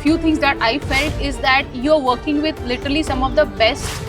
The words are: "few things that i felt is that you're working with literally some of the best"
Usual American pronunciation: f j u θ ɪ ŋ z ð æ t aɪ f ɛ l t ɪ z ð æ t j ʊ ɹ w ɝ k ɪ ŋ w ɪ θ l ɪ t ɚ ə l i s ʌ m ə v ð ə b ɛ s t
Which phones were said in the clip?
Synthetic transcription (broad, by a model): f j u t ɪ ŋ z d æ t aɪ f ɛ l t ɪ z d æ t j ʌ ɹ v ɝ k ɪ ŋ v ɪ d l ɪ t ɚ ə l i s ʌ m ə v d ə b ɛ s t